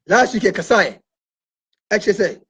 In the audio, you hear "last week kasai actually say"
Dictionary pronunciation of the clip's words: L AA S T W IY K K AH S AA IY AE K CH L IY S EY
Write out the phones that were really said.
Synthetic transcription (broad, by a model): L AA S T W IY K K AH S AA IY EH CH IY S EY